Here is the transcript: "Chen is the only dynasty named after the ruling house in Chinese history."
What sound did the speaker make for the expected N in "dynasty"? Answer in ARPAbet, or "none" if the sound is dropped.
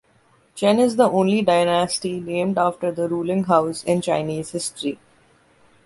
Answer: N